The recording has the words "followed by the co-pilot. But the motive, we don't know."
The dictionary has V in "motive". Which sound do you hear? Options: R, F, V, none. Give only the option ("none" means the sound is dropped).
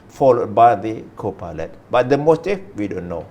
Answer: F